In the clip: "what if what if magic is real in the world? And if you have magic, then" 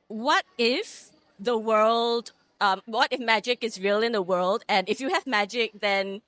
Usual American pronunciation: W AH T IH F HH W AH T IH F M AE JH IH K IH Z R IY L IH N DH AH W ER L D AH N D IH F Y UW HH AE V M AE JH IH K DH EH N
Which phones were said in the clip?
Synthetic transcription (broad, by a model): W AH T IH F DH W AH T IH F M AE JH IH K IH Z R IY L IH N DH AH W ER L D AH N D IH F Y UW HH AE V M AE JH IH K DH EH N